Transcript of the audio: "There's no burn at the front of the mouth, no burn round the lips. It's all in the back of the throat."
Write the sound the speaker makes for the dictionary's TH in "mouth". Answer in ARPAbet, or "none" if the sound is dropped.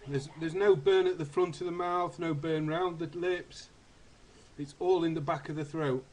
TH